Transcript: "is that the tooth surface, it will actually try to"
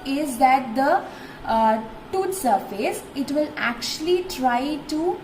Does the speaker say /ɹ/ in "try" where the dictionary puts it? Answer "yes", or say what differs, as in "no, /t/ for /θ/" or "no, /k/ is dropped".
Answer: yes